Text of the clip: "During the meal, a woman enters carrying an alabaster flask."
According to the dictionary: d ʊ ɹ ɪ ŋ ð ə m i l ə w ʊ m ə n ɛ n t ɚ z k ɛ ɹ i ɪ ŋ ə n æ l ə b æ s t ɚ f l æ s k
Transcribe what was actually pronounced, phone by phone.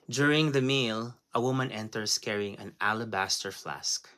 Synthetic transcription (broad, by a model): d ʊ ɹ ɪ ŋ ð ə m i l ə w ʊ m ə n ɛ n t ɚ s k ɛ ɹ i ɪ ŋ ə n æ l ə b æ s t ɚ f l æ s k